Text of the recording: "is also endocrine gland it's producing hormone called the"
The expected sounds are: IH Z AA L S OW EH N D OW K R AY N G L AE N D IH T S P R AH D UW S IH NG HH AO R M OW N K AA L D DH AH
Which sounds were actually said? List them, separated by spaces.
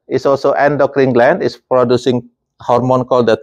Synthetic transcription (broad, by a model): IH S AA L S OW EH N D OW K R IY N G L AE N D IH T S P R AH D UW S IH NG HH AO R M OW N K AA L D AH